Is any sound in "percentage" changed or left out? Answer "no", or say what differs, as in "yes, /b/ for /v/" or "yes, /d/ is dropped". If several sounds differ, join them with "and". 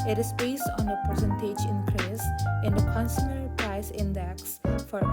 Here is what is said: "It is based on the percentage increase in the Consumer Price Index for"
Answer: no